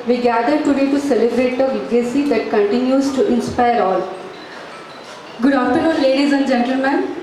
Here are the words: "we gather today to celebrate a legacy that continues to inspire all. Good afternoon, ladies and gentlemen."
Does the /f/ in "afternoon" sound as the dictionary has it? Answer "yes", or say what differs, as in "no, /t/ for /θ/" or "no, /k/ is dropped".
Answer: no, /f/ is dropped